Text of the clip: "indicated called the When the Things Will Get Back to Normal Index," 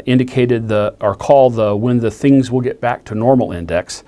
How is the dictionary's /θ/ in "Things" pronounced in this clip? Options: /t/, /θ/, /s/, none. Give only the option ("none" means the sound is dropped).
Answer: /θ/